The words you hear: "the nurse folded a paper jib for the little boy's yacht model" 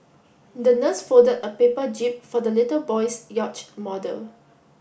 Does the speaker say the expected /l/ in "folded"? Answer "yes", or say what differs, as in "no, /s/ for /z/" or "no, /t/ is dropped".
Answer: no, /l/ is dropped